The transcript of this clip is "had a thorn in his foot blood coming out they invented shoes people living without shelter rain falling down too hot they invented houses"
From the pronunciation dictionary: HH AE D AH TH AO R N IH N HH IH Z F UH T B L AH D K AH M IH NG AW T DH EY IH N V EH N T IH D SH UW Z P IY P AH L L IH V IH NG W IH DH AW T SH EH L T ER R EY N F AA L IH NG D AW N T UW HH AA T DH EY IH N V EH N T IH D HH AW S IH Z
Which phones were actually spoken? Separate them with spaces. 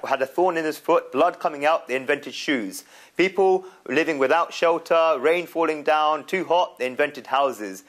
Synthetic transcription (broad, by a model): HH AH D AH TH AO N IH N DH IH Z F UH T B L AH D K AH M IH NG AW T DH EY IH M V EH N T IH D SH UW Z P IY P AH L L IH V IH NG W IH DH AW T SH EH L T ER R EY N F AA L IH NG D AW N T UW HH AA T DH EY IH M V EH N T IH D HH AW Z IH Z